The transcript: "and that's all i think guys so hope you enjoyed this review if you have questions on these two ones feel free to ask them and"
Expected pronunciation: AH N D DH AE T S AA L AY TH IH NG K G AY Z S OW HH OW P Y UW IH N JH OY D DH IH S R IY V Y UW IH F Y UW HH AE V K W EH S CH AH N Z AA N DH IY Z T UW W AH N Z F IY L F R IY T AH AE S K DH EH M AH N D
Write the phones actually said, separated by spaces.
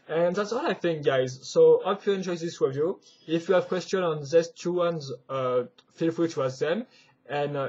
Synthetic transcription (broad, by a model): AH N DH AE T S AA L AY TH IH NG K G AY Z S OW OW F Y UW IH N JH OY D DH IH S W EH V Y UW IH F Y UW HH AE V K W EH S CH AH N AA N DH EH S T UW W AH N Z F IY L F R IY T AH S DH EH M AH N